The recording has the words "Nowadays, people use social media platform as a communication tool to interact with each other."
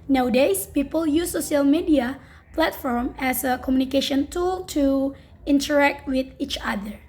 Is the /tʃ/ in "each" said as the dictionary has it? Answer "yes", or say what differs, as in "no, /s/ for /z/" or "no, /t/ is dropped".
yes